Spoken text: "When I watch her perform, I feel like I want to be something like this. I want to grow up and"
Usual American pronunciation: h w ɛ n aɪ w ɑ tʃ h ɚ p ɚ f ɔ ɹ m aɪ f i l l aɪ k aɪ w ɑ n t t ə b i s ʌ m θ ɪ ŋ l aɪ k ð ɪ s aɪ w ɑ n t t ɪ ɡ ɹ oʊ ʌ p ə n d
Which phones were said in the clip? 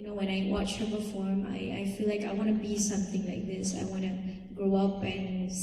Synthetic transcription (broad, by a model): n w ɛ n aɪ w ɑ tʃ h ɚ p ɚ f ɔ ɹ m aɪ f i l l aɪ k aɪ w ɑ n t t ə b i s ʌ m θ ɪ ŋ l aɪ k ð ɪ s aɪ w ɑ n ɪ ɡ ɹ oʊ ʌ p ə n